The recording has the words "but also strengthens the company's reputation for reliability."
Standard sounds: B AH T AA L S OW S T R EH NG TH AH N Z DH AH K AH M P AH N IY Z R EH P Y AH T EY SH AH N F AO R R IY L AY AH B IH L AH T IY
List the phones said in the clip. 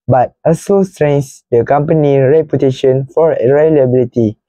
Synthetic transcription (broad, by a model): B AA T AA S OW S T R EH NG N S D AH K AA M P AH N IY R EH P Y AH T EY SH AH N F AO R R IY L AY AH B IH L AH T IY